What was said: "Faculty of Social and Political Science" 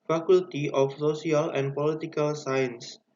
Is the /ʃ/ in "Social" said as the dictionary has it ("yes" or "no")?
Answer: no